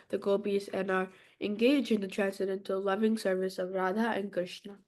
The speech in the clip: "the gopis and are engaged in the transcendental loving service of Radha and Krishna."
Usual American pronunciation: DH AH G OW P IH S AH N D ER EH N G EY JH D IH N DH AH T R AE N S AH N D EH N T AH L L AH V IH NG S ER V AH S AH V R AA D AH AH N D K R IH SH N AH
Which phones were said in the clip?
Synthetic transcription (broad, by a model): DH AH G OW B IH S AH N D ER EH N G EY JH IH N DH AH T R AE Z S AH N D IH N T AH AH L AH V IH NG S ER V AH S AH V R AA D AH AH N K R IH SH N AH